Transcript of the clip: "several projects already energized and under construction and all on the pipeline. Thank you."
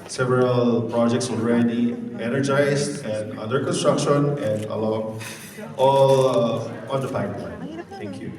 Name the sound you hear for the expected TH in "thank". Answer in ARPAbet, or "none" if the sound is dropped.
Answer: T